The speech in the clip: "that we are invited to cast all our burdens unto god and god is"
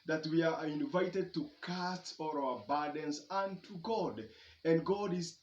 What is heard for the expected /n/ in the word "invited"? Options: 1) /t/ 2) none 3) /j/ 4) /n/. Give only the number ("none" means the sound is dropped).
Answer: 4